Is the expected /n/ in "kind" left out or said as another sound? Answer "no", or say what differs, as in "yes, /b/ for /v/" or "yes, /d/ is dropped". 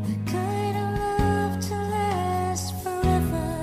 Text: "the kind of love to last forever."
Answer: yes, /n/ is dropped